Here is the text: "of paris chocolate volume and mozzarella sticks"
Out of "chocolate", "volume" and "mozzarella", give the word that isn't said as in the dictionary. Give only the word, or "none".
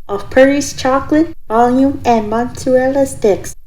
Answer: mozzarella